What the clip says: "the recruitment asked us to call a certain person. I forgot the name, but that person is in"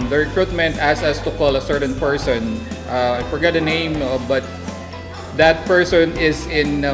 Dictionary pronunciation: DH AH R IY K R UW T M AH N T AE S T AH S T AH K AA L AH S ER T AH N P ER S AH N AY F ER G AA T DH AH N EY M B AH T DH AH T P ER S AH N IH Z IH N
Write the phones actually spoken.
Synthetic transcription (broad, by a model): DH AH R IY K R UW T M AH N T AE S AH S T AH K AA L AH S ER T AH N P ER S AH N AY F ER G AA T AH N EY M B AH T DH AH T P ER S AH N IH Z IH N